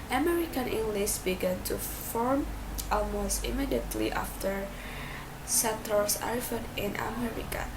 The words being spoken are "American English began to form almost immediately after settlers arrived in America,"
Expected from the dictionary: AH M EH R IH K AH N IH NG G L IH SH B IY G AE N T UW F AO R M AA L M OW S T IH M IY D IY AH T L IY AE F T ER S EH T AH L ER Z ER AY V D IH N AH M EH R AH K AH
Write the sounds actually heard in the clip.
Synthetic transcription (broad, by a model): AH M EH R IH K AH N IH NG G L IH S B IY G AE N T UW F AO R M AA L M OW S T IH M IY D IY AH T L IY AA F T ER S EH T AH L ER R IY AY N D IH N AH M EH R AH K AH